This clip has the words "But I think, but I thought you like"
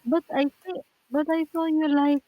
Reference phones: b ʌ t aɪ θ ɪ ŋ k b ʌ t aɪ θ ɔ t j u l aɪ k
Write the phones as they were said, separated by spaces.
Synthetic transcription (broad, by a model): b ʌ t aɪ s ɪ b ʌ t aɪ s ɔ j u l aɪ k